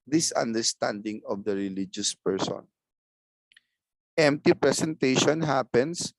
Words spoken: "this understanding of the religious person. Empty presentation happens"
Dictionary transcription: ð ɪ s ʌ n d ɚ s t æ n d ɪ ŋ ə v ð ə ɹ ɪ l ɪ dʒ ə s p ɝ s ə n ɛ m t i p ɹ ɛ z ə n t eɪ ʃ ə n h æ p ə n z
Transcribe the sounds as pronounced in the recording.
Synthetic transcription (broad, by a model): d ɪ s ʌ n d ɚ s t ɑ n d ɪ ŋ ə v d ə ɹ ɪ l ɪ dʒ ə s p ɝ s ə n ɛ m t i p ɹ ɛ s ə n t eɪ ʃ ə n h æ p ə n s